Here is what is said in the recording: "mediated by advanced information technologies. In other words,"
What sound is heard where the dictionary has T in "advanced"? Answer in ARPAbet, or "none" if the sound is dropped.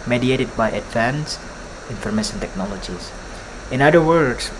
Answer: none